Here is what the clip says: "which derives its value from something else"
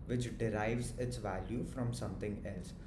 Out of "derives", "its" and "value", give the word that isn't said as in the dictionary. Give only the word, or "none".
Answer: none